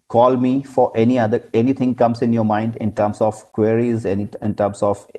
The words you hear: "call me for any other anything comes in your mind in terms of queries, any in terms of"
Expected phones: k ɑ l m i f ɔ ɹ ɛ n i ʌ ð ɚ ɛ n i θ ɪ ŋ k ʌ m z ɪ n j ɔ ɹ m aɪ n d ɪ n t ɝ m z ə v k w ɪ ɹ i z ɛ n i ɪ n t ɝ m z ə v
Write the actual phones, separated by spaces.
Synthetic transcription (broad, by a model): k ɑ l m i f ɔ ɹ ɛ n i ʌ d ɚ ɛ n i t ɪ ŋ k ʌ m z ɪ n j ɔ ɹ m aɪ n d ɪ n t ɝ m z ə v k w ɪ ɹ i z ɛ n i ɪ n t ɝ m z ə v